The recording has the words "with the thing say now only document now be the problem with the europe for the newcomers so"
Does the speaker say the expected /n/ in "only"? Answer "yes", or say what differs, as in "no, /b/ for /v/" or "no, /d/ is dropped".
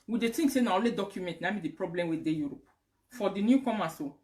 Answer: no, /n/ is dropped